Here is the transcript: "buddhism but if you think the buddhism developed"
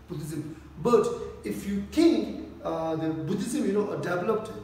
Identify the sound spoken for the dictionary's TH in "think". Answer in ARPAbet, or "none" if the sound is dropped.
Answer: T